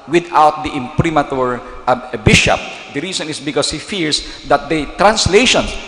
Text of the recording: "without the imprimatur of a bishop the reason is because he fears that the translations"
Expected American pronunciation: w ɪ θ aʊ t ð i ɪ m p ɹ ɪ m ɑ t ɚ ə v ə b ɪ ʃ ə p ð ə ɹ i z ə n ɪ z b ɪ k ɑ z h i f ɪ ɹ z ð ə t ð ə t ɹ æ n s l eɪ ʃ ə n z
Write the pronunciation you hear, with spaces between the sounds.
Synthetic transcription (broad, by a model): w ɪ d aʊ t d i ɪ m p ɹ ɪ m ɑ t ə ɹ b ɪ ʃ ə p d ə ɹ i s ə n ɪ s b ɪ k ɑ s h i f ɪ ɹ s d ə t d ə t ɹ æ n s l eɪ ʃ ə n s